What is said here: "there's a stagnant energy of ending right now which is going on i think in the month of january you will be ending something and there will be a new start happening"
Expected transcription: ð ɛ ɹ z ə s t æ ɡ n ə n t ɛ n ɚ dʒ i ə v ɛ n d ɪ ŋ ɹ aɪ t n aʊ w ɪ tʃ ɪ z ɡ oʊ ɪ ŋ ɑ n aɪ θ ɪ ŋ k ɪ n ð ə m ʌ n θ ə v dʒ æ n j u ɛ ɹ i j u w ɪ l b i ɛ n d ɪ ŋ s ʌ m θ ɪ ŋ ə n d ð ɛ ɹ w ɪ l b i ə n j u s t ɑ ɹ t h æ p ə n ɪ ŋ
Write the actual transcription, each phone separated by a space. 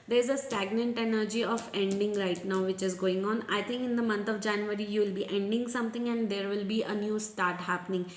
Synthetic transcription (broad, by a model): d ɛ ɹ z ə s t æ ɡ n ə n t ɛ n ɚ dʒ i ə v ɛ n d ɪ ŋ ɹ aɪ t n aʊ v ɪ tʃ ɪ z ɡ oʊ ɪ ŋ ɑ n aɪ t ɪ ŋ k ɪ n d ə m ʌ n t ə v dʒ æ n j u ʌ ɹ i j u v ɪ l b i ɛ n d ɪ ŋ s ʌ m t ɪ ŋ ə n d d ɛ ɹ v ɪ l b i ə n j u s t ɑ ɹ t h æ p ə n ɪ ŋ